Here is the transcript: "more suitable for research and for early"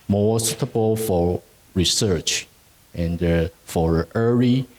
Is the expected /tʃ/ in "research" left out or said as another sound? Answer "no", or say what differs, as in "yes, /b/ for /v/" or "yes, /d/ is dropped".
no